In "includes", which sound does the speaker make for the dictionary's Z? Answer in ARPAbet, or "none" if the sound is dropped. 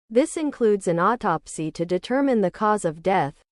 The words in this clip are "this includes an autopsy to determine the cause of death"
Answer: Z